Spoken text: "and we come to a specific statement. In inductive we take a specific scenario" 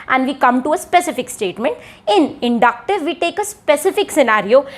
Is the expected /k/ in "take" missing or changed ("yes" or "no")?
no